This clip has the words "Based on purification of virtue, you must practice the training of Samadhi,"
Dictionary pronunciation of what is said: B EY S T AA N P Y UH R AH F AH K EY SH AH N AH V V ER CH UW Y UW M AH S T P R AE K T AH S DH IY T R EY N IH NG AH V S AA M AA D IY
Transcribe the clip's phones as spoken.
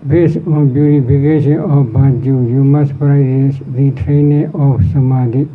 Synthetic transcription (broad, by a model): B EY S AA N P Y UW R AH P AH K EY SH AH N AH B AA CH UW Y UW M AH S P R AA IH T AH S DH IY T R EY N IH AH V S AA M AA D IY